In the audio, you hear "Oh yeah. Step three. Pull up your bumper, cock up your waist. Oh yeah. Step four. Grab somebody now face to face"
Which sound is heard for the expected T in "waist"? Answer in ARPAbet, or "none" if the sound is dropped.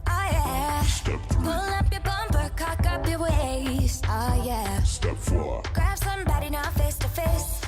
none